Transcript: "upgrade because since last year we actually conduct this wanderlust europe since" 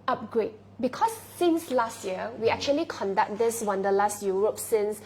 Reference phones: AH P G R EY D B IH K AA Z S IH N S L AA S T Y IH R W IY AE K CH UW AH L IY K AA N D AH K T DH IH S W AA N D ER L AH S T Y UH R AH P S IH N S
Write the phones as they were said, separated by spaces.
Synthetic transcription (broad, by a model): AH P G R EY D B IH K AA S IH N S L AA S T Y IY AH W IY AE K CH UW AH L IY K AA N D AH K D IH S W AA N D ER L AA S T Y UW R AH P S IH N S